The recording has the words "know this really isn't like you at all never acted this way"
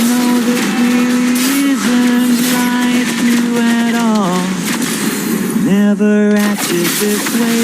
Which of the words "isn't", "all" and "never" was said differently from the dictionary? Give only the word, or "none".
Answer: none